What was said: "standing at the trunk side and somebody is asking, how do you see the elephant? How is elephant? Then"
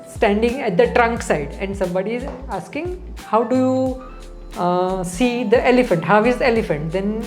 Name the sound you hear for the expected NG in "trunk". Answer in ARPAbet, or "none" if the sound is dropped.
NG